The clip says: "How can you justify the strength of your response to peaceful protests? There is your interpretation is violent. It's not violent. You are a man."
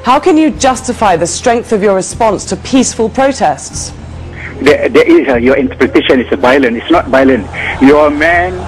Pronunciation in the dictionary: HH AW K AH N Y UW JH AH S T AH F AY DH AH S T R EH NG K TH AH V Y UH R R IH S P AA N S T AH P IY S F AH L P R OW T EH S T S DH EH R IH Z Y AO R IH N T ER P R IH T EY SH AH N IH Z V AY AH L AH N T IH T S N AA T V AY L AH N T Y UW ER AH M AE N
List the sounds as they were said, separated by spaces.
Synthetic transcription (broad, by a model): HH AW K AH N Y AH JH AH S T AH F AY DH AH S T R EH NG K TH AH V Y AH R R IH S P AA N S T AH P IY S F AH L P R OW T EH S T S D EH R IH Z Y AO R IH N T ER P R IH T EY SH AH N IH S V AY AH L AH N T IH T S N AA T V AY L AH N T Y AH M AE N